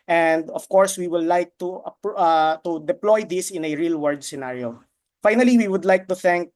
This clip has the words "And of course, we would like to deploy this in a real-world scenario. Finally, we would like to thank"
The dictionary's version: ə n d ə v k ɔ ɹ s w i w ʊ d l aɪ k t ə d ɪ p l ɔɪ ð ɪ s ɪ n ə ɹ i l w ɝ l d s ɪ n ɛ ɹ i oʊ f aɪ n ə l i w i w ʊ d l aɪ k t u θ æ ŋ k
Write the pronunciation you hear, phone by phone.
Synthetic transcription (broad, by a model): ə n d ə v k ɔ ɹ s w i w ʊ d l aɪ k t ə d ɪ p l ɔɪ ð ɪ s ɪ n ə ɹ i l w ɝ d s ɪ n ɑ ɹ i oʊ f aɪ n ə l i w i w ʊ d l aɪ k t u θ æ ŋ k